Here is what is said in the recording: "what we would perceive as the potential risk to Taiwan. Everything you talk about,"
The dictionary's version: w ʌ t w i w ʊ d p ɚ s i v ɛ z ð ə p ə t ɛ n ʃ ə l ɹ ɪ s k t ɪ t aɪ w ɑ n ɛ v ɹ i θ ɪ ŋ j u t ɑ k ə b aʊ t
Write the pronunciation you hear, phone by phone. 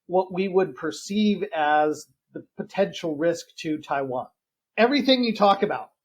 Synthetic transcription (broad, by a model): w ʌ t w i w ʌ d p ɚ s i v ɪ z ð ə p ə t ɛ n ʃ l ɹ ɪ s k t ɪ t aɪ w ɑ n ɛ v ɹ i θ ɪ ŋ j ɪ t ɑ k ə b aʊ t